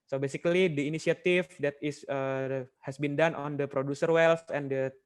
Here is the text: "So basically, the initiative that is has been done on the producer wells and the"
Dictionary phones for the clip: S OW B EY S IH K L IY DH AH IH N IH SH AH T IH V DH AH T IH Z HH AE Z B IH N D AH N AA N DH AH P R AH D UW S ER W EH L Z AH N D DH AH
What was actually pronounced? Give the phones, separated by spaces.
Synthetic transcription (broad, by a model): S OW B EY S IH K L IY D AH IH N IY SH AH T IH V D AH T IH S HH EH S B IH N D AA N AA N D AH P R AH D UW S ER W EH L S AH N D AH